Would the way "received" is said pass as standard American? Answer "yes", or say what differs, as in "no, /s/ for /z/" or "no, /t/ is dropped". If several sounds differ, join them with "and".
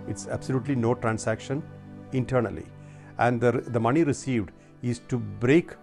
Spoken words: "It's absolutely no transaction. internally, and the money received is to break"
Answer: yes